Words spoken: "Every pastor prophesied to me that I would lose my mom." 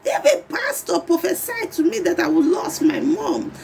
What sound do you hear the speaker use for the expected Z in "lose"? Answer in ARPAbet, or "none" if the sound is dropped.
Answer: S